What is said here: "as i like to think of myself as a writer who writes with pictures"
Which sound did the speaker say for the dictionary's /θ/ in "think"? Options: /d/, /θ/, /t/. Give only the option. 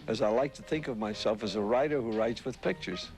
/θ/